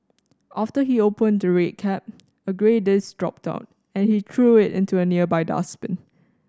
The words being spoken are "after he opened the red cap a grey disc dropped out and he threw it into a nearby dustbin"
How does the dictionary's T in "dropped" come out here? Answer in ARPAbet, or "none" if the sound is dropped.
T